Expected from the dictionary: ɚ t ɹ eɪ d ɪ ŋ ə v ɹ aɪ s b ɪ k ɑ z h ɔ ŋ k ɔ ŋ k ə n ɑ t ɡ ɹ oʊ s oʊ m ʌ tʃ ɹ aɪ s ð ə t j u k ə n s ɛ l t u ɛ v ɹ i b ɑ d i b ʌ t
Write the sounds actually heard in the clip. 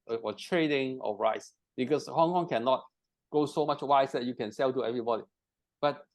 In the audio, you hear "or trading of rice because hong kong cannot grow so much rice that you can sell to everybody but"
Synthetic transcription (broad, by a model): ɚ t ɹ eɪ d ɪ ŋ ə ɹ aɪ s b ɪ k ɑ s h ɔ ŋ k ɔ ŋ k ə n ɑ t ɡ oʊ s oʊ m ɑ tʃ w aɪ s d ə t j u k ə n s ɛ l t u ɛ v ɹ i b ɑ d i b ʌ t